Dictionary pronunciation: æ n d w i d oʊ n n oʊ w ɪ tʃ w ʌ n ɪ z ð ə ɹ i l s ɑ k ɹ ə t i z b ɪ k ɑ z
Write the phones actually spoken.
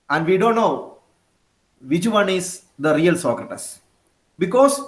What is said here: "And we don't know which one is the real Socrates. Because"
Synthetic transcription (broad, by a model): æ n d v i d oʊ n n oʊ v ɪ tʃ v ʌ n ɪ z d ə ɹ i l s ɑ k ɹ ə t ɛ s b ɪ k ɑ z